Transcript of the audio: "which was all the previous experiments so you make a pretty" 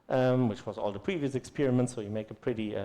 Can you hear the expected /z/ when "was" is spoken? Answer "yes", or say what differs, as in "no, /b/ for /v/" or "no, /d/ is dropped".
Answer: yes